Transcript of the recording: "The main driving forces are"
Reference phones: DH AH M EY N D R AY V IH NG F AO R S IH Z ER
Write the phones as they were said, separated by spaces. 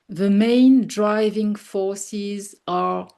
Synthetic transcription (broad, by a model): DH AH M EY N D R AY V IH NG F AO R S IH Z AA